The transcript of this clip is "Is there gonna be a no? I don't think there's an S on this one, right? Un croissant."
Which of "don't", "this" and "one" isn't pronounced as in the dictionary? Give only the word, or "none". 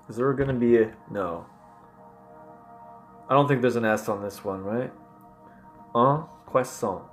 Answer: none